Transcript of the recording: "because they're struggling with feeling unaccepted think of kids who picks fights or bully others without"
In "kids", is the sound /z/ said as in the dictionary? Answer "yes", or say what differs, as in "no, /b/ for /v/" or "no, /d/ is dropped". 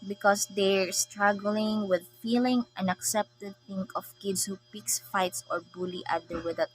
no, /s/ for /z/